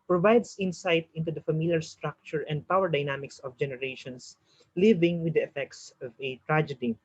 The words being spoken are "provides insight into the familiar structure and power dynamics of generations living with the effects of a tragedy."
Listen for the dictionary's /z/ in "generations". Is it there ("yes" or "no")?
no